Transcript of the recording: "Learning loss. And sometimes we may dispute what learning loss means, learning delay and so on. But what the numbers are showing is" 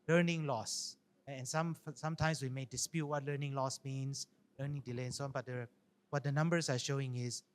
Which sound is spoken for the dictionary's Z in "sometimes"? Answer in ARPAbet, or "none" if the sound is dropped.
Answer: S